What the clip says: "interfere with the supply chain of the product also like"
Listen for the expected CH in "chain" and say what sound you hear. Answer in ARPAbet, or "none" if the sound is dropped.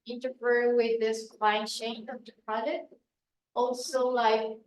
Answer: SH